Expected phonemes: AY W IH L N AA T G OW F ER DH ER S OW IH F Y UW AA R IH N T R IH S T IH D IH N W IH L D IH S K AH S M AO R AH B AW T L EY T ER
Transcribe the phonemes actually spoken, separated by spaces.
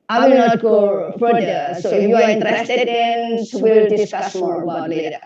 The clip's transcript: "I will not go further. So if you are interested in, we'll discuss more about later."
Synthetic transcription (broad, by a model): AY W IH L N AA T G OW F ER ER S OW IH Y UW AA R IH N T R IH S T IH D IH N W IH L D IH S K AH S M AO R AH B AW T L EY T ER